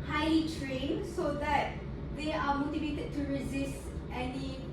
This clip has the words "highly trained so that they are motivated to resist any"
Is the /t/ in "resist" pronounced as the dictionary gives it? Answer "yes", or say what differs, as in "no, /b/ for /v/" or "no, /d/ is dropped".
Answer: yes